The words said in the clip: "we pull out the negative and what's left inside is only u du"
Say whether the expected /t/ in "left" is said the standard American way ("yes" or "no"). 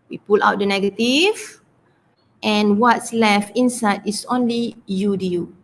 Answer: no